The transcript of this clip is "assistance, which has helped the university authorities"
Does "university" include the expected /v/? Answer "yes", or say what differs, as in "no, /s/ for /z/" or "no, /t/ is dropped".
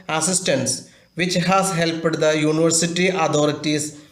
yes